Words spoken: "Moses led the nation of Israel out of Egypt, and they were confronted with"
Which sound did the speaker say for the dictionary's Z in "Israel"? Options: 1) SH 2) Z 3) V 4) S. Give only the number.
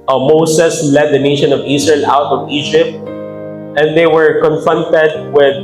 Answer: 4